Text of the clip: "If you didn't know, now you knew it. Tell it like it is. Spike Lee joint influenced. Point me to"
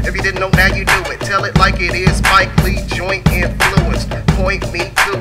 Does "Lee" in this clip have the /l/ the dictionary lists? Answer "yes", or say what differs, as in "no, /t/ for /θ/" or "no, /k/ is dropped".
yes